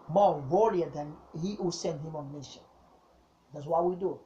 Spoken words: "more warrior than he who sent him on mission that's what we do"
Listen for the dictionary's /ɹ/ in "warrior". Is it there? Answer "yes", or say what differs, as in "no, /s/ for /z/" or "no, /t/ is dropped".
no, /l/ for /ɹ/